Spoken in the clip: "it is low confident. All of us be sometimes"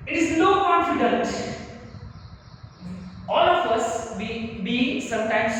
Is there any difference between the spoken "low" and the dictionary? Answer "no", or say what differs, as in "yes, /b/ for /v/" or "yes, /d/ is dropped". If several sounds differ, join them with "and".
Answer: yes, /n/ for /l/